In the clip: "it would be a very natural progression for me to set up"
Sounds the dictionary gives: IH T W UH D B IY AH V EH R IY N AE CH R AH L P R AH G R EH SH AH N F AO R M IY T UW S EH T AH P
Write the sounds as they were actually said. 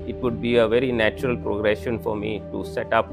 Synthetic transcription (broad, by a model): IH T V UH D B IY AH V EH R IY N AE CH R AH L P R AH G R EH SH AH N F AO R M IY T UW S EH T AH P